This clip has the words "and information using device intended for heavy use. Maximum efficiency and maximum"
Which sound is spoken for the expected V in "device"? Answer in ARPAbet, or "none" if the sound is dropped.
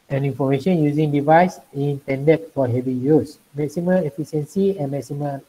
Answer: V